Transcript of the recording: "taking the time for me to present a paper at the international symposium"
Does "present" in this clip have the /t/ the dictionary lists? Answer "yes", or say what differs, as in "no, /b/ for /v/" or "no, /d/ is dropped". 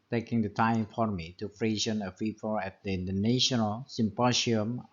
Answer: no, /t/ is dropped